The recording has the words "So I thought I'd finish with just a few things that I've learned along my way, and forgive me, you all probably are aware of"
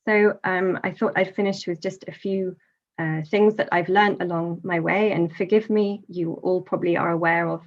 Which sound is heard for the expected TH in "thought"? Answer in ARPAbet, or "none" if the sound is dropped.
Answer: TH